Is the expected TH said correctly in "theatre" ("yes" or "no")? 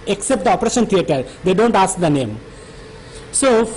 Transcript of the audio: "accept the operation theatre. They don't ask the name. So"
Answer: no